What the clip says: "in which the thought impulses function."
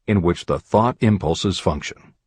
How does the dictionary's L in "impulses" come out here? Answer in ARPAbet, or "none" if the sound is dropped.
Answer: L